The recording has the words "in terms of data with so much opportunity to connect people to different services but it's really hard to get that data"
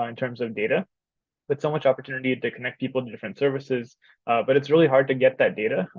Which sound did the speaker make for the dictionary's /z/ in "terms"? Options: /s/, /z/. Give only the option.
/z/